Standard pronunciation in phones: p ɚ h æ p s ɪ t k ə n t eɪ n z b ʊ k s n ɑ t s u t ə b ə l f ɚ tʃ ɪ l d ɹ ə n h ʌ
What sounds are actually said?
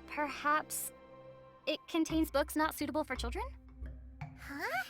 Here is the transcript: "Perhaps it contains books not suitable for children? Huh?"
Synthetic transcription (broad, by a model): p ɚ h æ p s ɪ t k ə n t eɪ n z b ʊ k s n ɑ t s u t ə b l f ɚ tʃ ɪ l d ɹ ə n h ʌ